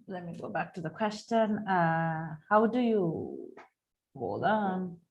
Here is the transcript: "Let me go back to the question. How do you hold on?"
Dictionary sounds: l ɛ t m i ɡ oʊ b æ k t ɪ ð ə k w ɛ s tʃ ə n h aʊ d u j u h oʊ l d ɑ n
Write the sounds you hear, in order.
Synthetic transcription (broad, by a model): l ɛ t m i ɡ oʊ b æ k t ɪ ð ə k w ɛ s tʃ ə n h aʊ d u j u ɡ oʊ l ɑ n